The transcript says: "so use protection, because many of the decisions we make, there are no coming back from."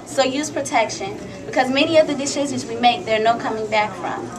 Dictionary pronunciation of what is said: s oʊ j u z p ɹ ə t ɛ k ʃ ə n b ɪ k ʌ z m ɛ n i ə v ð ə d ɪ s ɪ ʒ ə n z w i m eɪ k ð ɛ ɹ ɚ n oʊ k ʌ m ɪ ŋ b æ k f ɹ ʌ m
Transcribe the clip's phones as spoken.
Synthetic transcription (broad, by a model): s oʊ j u z p ɹ ə t ɛ k ʃ ə n b ɪ k ʌ z m ɛ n i ə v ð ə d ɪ ʃ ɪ z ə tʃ w i m eɪ k ð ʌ ɹ n oʊ k ʌ m ɪ ŋ b æ k f ɹ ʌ m